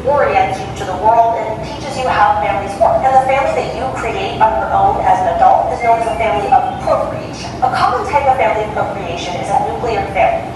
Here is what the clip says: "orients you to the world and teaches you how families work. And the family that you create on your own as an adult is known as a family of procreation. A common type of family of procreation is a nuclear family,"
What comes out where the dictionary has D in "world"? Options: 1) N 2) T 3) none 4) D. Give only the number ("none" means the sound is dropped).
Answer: 4